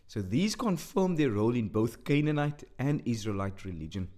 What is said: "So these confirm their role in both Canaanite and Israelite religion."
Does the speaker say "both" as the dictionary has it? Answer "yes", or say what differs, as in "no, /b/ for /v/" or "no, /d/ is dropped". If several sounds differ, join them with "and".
yes